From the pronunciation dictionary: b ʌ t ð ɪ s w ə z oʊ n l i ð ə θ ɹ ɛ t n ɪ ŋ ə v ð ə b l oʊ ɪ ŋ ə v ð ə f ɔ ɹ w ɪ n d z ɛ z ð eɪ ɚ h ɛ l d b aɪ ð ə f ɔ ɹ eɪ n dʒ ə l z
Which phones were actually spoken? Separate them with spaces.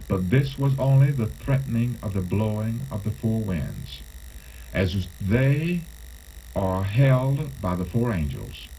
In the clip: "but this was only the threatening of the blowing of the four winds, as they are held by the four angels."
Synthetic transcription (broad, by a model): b ʌ t ð ɪ s w ə z oʊ n l i ð ə θ ɹ ɛ t n ɪ ŋ ə v ð ə b l oʊ ɪ ŋ ə v ð ə f ɔ ɹ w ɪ n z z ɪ z ð eɪ ɚ h ɛ l d b aɪ ð ə f ɔ ɹ eɪ n dʒ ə l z